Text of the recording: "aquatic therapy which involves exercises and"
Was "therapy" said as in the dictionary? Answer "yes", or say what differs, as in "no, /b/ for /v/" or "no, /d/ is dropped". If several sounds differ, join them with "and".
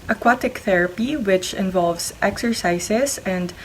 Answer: yes